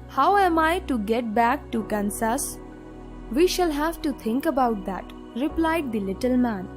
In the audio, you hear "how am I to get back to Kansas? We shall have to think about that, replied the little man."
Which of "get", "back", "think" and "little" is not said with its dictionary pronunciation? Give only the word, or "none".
think